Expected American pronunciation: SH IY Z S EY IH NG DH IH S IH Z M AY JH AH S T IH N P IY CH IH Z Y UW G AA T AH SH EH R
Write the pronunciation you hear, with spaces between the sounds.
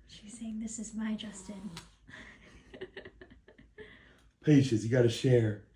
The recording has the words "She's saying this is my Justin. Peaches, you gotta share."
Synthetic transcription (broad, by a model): SH IY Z S EY IH NG DH IH S IH Z M AY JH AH S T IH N P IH SH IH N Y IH G AA T AH SH EH R